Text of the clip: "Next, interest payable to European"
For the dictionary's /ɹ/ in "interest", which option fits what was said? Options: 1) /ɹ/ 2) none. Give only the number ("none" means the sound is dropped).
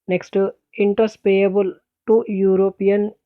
2